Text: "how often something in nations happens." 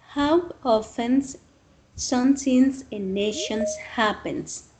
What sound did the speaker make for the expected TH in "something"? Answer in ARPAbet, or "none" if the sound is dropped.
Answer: T